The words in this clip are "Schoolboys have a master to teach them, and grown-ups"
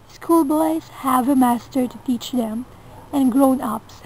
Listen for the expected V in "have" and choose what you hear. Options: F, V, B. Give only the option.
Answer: V